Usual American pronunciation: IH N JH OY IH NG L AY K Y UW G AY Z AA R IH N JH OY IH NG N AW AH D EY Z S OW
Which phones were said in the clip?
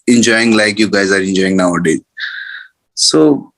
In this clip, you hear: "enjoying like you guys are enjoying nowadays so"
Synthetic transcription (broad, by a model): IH N JH OY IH NG L AY K Y UW G AY Z AA R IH N JH OY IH NG N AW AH D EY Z S OW